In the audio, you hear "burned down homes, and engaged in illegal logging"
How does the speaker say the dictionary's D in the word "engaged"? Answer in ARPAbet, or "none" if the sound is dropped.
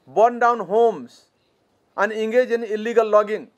none